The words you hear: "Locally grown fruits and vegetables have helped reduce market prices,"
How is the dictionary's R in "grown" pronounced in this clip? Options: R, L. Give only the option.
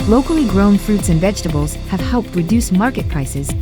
R